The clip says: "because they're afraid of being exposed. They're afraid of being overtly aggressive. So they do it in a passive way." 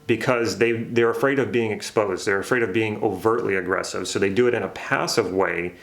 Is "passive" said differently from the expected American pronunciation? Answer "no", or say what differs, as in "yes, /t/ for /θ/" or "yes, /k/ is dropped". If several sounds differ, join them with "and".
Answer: no